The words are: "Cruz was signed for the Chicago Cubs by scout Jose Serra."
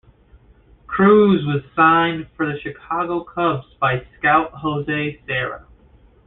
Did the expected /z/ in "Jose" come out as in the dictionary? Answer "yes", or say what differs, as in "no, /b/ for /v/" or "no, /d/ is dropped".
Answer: yes